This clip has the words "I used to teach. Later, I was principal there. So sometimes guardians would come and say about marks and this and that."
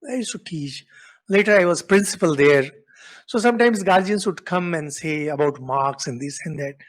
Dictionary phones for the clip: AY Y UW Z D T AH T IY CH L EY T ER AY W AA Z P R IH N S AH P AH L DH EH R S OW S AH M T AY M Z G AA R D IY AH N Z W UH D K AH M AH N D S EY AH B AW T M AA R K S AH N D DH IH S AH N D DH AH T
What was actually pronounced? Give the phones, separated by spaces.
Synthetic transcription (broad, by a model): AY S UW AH T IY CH L EY T ER AY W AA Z P R IH N S AH P AH L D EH R S OW S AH M T AY M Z G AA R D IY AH N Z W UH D K AH M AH N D S EY AH B AW T M AA R K S AH N D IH S AH N D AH T